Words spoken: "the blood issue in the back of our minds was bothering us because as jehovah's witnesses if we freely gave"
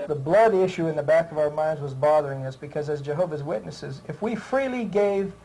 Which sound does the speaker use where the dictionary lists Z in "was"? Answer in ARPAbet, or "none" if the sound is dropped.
Z